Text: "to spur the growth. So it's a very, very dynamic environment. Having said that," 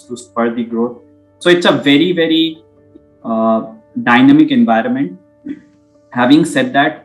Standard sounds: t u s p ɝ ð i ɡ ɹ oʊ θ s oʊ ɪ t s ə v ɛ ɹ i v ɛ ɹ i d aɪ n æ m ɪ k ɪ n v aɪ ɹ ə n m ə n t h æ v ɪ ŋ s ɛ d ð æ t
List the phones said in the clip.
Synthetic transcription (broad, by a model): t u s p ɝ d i ɡ ɹ oʊ t s oʊ ɪ t s ə v ɛ ɹ i v ɛ ɹ i d aɪ n æ m ɪ k ɪ n v aɪ ɹ ə n m ə n t h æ v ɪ ŋ s ɛ d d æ t